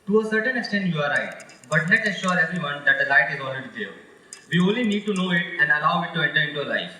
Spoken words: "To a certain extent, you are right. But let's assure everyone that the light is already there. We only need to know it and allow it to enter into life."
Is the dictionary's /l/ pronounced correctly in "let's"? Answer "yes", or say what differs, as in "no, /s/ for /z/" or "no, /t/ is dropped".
no, /n/ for /l/